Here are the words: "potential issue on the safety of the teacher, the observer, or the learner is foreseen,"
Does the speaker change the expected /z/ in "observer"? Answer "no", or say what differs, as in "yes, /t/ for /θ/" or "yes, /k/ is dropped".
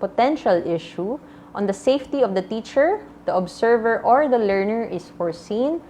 yes, /s/ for /z/